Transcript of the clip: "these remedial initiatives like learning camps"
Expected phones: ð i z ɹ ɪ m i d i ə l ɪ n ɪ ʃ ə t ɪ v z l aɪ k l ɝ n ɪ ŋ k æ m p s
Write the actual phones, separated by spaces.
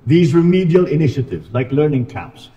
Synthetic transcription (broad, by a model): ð i z ɹ ɪ m i d i ə l ɪ n ɪ ʃ ə t ɪ v z l aɪ k l ɝ n ɪ ŋ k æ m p s